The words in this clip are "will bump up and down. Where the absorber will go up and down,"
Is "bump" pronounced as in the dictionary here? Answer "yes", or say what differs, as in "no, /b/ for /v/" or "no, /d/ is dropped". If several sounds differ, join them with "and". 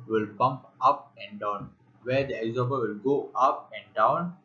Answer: yes